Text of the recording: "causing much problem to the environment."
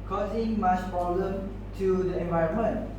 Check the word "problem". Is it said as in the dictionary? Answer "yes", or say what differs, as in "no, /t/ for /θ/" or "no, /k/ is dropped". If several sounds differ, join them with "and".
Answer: no, /ɹ/ is dropped